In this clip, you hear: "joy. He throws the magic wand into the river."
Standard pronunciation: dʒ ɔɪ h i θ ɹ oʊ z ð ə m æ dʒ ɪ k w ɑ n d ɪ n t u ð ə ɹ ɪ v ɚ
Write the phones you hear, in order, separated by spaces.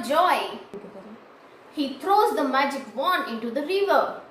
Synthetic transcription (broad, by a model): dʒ ɔɪ h i t ɹ oʊ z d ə m æ dʒ ɪ k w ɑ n ɪ n t u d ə ɹ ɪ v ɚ